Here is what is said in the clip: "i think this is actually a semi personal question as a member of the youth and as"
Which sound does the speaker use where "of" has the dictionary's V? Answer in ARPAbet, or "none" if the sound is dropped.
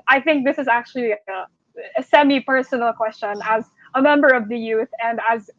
V